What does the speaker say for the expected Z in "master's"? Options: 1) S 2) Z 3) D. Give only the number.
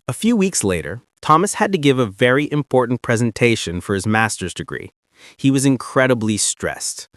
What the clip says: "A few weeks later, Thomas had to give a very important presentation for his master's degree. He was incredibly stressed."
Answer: 2